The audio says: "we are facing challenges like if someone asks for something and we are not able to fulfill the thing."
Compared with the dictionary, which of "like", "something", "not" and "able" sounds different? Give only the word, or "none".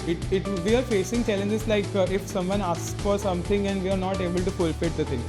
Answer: something